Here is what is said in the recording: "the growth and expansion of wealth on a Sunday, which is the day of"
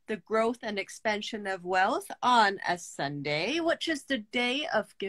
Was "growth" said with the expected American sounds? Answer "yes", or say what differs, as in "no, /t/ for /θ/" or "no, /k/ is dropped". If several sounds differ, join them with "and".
yes